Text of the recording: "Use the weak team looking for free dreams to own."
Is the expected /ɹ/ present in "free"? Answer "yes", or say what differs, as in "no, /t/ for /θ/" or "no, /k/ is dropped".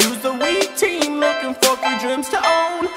no, /ɹ/ is dropped